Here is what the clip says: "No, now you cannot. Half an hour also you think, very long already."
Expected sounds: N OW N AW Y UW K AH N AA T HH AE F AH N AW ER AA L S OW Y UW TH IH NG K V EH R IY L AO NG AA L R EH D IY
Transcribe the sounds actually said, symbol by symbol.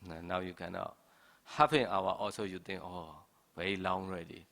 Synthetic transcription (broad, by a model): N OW N AW Y UW K AH N AA T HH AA P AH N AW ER AA L S OW Y UW T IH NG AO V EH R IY L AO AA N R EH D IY